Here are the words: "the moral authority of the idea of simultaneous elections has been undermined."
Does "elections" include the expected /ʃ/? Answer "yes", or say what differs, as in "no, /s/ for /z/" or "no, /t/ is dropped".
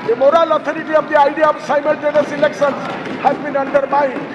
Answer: no, /s/ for /ʃ/